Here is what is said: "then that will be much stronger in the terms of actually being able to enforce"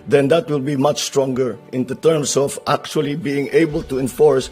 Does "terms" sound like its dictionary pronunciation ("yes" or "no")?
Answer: no